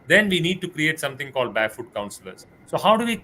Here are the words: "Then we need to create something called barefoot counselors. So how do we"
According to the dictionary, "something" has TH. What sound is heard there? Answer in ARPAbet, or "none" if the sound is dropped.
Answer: T